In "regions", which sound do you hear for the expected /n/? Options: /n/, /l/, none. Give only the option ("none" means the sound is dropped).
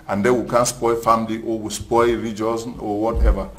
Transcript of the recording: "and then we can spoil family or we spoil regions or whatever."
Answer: none